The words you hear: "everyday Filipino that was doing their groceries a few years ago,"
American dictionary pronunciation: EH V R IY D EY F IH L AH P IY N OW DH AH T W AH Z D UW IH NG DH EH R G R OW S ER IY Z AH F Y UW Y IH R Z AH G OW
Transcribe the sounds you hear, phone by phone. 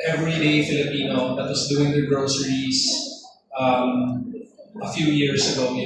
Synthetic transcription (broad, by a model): EH V R IY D EY F IH L AH P IY N OW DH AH T W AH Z D UW IH NG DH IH G R OW S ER IY S AH F Y UW Y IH R S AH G OW